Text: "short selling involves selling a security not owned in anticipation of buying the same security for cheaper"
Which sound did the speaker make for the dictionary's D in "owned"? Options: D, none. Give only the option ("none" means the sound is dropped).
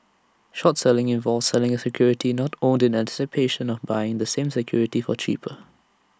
D